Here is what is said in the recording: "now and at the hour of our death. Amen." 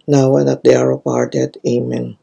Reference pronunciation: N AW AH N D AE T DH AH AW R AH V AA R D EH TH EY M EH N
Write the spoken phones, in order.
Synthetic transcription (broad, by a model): N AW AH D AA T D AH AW R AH P AA R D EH T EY M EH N